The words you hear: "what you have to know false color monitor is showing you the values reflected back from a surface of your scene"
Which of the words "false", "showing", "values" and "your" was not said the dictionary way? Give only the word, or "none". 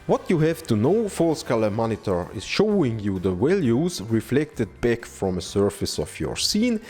values